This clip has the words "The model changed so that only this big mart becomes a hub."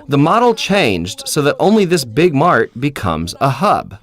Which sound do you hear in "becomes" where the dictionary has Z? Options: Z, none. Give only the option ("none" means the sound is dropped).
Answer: Z